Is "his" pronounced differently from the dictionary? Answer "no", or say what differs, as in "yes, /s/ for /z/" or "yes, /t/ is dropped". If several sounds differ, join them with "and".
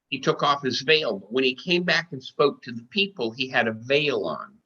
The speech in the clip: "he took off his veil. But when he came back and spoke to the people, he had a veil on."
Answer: no